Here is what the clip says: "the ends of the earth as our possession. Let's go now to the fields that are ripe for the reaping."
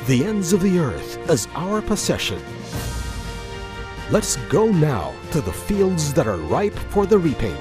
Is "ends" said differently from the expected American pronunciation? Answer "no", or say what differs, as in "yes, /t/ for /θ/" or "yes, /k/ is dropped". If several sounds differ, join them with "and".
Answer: no